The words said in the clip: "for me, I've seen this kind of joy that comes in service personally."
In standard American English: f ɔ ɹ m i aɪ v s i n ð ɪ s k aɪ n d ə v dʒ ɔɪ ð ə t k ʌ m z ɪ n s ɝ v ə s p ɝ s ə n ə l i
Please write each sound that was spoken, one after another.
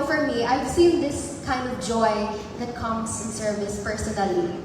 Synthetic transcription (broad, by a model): f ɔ ɹ m i aɪ v s i n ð ɪ s k aɪ n d ə v dʒ ɔɪ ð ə t k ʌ m s ɪ n s ɝ v ə s p ɝ s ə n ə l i